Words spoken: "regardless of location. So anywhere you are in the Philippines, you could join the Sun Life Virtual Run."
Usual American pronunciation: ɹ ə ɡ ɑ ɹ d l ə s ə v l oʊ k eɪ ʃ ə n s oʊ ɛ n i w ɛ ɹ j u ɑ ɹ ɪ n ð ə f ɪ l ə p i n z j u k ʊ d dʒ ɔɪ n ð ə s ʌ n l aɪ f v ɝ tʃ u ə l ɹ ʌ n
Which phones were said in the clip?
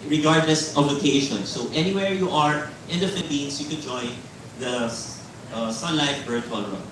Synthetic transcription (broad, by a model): ɹ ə ɡ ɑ ɹ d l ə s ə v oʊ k eɪ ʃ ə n s oʊ ɛ n i w ɛ ɹ j u ɑ ɹ ɪ n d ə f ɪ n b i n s j u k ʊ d dʒ ɔɪ n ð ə s ʌ n l aɪ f b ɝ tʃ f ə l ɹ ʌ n